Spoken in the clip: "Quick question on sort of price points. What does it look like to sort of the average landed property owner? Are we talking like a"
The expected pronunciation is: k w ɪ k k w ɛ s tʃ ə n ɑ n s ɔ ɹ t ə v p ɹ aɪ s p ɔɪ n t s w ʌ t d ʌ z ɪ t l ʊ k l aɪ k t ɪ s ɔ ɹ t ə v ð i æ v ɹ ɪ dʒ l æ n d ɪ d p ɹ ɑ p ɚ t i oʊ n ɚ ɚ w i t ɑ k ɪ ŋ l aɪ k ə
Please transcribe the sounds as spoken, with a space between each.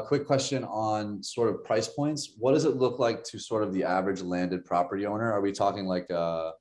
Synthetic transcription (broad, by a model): k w ɪ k k w ɛ s tʃ ə n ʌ n s ɔ ɹ t ə v p ɹ aɪ s p ɔɪ n t s w ʌ t d ʌ z ɪ t l ʊ k l aɪ k t ɪ s ɔ ɹ t ə v ð i æ v ɹ ɪ dʒ l æ n d ɪ d p ɹ ɑ p ɚ t i oʊ n ɚ ɚ w i t ɑ k ɪ ŋ l aɪ k ə